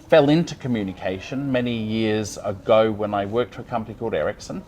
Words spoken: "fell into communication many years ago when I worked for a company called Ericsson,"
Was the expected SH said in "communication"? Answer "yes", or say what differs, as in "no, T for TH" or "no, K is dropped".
yes